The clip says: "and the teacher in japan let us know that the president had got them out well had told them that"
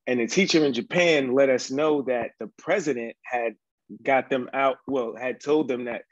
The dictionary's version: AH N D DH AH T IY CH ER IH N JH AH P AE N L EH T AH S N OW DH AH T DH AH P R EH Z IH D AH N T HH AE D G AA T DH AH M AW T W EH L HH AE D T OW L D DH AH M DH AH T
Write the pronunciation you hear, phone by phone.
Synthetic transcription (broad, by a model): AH N DH AH T IY CH ER IH N JH AH P AE N L EH T AH S N OW DH AH T DH AH P R EH Z IH D AH N T HH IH D G AA T DH AH M AW T W EH L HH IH D T OW L D DH AH M DH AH T